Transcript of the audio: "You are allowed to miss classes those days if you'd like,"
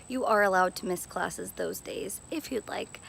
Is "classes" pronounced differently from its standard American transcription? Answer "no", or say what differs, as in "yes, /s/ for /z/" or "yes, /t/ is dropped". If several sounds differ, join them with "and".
no